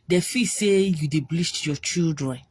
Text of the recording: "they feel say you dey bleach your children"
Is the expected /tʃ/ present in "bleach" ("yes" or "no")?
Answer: no